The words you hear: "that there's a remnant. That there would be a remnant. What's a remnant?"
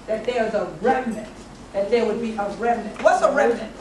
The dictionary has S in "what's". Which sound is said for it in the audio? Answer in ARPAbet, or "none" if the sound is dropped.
S